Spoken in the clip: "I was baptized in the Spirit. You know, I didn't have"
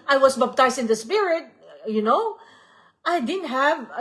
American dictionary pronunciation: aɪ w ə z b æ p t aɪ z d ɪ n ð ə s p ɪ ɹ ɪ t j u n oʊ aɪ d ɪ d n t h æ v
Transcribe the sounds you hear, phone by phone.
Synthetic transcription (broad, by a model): aɪ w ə s b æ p t aɪ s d ɪ n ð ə s p ɪ ɹ ɪ t j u n oʊ aɪ d ɪ d n t h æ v